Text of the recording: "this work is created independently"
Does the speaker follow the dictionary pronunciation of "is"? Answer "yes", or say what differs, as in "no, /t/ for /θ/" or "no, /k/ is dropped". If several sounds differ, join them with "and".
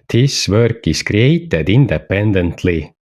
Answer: no, /s/ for /z/